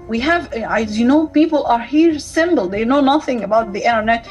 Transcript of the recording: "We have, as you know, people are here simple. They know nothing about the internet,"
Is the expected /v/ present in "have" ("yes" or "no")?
yes